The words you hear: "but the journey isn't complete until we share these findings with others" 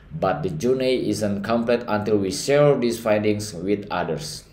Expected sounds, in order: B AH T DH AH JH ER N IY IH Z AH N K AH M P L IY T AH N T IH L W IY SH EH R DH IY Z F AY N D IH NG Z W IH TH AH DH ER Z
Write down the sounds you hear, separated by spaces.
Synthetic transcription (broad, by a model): B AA T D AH JH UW N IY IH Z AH N K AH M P L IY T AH N T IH L W IY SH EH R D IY S F AY N D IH NG S W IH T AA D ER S